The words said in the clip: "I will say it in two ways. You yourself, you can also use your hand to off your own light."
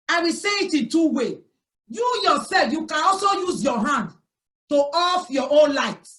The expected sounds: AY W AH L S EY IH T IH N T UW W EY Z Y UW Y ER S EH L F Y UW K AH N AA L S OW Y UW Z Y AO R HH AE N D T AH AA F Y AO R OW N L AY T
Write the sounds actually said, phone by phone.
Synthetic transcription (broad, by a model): AY W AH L S EY IH T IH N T UW W EY Y UW Y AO S EH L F Y UW K AH N AA L S OW Y UW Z Y AO HH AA N D T AH AA F Y AO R OW N L AY T